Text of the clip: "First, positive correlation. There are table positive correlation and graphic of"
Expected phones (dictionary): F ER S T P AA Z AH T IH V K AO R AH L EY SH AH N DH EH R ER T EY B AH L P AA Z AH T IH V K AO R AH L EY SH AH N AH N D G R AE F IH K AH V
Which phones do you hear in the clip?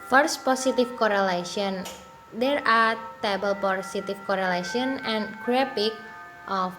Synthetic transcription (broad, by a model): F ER S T P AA S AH T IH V K AO R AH L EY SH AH N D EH R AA T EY B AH L P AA S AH T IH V K AO R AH L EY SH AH N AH N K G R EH P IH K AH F